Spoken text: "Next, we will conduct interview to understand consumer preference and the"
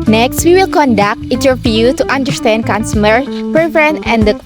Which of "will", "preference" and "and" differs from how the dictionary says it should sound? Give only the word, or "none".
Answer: preference